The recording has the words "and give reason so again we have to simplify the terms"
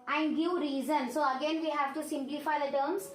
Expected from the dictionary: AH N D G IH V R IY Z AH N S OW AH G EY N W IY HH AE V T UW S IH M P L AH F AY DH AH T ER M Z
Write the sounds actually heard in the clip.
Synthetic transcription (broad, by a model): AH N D G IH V R IY Z AH N S OW AH G EY N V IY HH AE V T UW S IH M P L AH F AY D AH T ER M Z